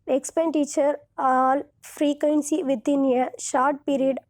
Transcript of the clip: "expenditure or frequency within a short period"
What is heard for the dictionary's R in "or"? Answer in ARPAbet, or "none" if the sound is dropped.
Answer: L